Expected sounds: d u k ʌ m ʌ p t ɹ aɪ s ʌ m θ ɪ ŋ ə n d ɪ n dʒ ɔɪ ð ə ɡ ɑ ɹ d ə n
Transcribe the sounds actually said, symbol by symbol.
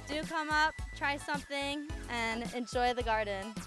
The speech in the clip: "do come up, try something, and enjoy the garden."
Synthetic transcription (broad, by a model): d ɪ k ʌ m ʌ p t ɹ aɪ s ʌ m θ ɪ ŋ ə n ɪ n dʒ ɔɪ ð ə ɡ ɑ ɹ d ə n